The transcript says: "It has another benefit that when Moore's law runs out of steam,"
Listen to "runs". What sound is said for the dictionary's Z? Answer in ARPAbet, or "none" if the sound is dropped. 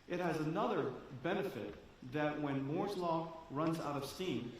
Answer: Z